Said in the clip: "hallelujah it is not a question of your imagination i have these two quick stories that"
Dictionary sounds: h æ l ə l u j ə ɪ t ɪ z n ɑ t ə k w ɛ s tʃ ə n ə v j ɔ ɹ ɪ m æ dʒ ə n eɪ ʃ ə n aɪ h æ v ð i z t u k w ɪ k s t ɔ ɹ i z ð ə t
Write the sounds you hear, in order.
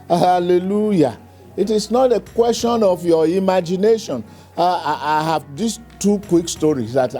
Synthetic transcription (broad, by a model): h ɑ l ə l u j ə ɪ t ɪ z n ɑ t ə k w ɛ s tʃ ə n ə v j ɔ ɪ m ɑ dʒ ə n eɪ ʃ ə n aɪ h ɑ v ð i s t u k w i k s t ɔ ɹ i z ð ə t